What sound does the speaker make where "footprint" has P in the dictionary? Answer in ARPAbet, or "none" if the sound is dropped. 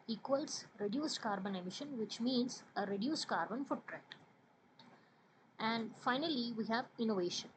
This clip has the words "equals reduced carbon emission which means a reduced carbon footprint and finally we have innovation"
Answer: none